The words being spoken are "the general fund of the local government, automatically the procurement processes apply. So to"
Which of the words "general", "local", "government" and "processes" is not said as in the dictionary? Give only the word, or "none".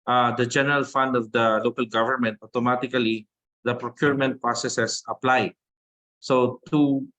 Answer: processes